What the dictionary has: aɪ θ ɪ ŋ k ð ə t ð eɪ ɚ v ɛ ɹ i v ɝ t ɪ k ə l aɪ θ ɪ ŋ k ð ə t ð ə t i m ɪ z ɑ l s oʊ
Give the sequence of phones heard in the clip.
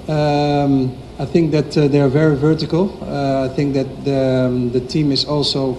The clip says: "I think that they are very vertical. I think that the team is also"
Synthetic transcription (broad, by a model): aɪ θ ɪ ŋ k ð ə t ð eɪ ɚ v ɛ ɹ i v ɝ t ɪ k ə l aɪ θ ɪ ŋ k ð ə t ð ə t i m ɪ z ɑ l s oʊ